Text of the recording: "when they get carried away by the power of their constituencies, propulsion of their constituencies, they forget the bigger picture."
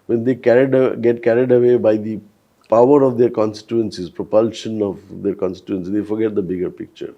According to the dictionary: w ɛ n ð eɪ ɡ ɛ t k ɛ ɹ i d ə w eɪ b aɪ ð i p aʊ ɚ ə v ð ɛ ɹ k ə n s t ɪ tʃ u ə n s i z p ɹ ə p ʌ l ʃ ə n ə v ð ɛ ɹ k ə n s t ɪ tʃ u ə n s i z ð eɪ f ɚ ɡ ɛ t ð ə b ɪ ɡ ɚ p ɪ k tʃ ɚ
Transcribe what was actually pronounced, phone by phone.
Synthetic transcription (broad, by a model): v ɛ n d eɪ ɡ ɛ t k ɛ ɹ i d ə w eɪ b aɪ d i p aʊ ɚ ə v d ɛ ɹ k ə n s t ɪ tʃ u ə n s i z p ɹ ə p ʌ l ʃ ə n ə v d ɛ ɹ k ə n s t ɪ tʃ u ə n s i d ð eɪ f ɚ ɡ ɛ t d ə b ɪ ɡ ɚ p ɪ k tʃ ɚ